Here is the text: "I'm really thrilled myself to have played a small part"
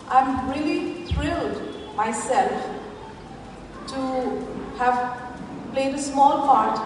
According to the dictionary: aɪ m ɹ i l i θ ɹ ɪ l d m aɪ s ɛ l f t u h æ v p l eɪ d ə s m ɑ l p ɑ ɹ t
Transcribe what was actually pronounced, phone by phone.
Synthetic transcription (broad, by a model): aɪ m ɹ i l i t ɹ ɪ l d m aɪ s ɛ l f t u h æ v p l eɪ d ə s m ɑ l p ɑ ɹ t